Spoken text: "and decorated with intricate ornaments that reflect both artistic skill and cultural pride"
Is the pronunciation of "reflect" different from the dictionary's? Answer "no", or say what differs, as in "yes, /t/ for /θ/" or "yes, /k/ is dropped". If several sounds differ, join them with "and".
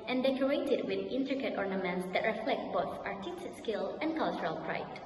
no